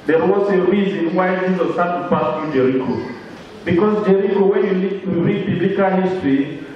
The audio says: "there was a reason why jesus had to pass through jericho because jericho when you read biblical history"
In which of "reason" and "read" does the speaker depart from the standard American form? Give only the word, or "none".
read